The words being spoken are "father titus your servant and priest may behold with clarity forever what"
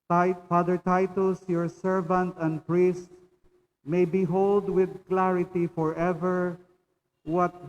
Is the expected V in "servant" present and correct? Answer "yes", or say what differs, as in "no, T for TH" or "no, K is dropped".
yes